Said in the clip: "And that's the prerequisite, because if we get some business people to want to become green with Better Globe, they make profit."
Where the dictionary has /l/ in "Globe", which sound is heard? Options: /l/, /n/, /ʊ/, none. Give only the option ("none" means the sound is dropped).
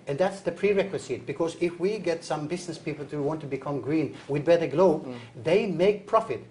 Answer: /l/